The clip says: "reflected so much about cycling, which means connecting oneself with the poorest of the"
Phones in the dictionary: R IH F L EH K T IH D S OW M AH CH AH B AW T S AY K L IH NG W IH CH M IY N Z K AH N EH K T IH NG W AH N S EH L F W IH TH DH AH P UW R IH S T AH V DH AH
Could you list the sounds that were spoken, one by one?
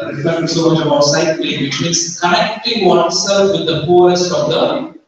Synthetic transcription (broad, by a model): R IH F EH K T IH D S OW M AH CH AH B AW T S AY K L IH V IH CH M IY N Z K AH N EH K T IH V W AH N S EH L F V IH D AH F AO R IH S T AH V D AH